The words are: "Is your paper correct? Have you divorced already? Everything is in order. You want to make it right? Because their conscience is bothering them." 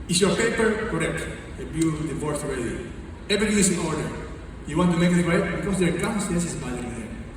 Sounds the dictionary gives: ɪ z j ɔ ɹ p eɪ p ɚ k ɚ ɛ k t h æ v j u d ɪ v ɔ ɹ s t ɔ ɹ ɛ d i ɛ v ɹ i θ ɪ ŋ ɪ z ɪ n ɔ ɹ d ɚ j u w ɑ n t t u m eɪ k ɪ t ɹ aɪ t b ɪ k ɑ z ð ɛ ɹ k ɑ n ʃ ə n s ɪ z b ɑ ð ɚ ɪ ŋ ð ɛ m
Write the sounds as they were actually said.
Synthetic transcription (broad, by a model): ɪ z j ɔ ɹ p eɪ p ɚ k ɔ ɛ k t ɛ b j u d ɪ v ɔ ɹ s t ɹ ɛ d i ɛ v ɹ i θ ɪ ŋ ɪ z ɪ n ɔ ɹ d ɚ j u w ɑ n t t u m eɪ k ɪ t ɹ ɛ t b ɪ k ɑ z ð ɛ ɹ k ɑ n s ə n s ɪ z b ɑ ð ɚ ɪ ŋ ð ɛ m